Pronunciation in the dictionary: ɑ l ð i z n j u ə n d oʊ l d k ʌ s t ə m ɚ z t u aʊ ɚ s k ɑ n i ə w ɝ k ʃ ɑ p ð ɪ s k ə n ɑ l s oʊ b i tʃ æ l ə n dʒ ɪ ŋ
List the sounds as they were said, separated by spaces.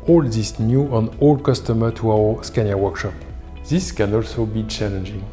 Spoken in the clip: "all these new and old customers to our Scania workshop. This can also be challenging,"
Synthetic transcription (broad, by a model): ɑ l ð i s n j u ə n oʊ l k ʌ s t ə m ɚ t u aʊ ɚ s k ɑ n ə w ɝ k ʃ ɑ p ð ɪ s k ə n ɑ l s oʊ b i tʃ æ l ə n dʒ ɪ ŋ